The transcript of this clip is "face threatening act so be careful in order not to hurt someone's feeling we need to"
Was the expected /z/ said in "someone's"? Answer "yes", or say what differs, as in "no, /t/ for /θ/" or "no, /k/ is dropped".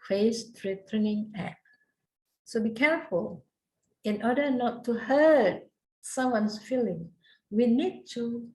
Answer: no, /s/ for /z/